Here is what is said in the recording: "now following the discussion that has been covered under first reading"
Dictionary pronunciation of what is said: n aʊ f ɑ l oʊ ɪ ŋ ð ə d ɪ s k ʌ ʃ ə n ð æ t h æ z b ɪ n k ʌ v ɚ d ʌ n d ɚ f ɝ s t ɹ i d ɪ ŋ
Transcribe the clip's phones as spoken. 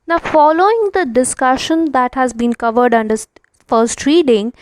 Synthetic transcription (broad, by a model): n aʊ f ɑ l oʊ ɪ ŋ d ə d ɪ s k ʌ ʃ ə n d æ t h æ z b ɪ n k ʌ v ɚ d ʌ n d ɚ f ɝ s t ɹ i d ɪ ŋ